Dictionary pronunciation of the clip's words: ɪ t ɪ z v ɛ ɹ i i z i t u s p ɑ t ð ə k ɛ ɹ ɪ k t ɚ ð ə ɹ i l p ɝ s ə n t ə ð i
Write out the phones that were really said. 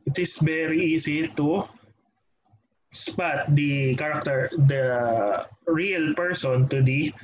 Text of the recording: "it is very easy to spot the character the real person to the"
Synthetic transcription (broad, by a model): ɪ t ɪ s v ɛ ɹ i i s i t u s p ɑ t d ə k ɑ ɹ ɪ k t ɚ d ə ɹ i l p ɝ s ə n t ə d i